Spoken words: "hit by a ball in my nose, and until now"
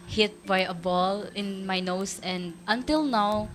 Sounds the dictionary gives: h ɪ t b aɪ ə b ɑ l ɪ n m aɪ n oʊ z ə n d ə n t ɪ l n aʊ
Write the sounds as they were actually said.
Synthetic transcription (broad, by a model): h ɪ t b aɪ ə b ɑ l ɪ n m aɪ n oʊ s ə n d ə n t ɪ l n aʊ